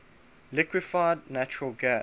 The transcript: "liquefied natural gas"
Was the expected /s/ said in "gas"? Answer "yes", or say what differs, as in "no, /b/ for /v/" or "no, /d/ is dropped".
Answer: no, /s/ is dropped